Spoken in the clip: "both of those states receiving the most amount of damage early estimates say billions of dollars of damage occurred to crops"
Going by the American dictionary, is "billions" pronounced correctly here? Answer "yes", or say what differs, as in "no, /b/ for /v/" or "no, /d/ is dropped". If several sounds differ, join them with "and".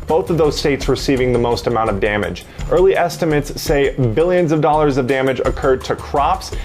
yes